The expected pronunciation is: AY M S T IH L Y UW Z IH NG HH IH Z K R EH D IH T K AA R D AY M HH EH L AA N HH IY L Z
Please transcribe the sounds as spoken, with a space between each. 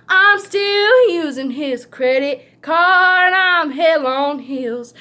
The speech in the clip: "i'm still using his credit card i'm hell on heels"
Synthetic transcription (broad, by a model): AY M S T IH L Y UW Z IH NG IH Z K R EH D IH T K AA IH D AY M HH EH L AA N HH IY L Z